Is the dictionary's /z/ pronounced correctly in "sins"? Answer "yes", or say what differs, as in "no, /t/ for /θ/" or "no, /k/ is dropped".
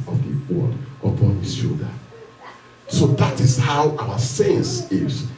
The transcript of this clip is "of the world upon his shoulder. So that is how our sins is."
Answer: no, /s/ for /z/